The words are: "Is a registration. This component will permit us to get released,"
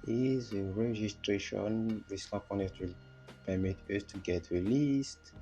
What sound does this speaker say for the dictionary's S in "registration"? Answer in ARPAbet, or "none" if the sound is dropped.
S